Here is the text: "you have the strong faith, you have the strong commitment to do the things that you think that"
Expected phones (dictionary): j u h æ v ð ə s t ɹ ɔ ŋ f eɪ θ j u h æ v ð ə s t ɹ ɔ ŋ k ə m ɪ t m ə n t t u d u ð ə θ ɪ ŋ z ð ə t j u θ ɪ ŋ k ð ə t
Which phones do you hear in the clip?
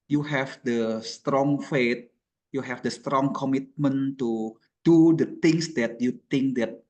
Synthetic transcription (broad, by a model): j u h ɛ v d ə s t ɹ ɔ ŋ f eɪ t j u h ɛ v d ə s t ɹ ɔ ŋ k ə m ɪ t m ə n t t u d u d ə t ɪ ŋ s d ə t j u t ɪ ŋ k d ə t